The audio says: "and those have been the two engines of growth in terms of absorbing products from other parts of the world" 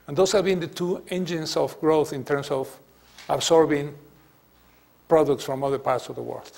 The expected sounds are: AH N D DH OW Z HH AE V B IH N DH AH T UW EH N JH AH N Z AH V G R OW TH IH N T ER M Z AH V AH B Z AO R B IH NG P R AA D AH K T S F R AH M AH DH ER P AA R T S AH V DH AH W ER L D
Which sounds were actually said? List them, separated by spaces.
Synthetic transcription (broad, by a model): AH N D OW S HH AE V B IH N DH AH T UW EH N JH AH N S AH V G R OW TH IH N T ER M S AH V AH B S AO R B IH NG P R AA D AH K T S F R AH M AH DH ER P AA R T S AH V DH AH W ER L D